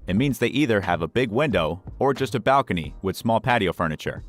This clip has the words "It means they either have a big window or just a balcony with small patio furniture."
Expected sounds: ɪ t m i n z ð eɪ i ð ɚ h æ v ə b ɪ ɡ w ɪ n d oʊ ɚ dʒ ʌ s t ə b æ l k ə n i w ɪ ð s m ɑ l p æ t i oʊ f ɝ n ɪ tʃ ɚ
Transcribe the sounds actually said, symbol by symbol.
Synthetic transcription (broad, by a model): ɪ t m i n z ð eɪ i ð ɚ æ v ə b ɪ ɡ w ɪ n d oʊ ɚ dʒ ʌ s t ə b æ l k ə n i w ɪ ð s m ɑ l p æ t i oʊ f ɝ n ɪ tʃ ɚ